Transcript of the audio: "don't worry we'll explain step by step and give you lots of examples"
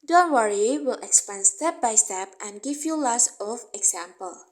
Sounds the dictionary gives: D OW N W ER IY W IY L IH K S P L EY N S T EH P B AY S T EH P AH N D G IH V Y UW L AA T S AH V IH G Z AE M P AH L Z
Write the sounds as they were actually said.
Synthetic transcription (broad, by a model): D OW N W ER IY W IY L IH K S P EY N S T EH P B AY S T EH P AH N G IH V Y UW L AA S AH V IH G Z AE M P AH L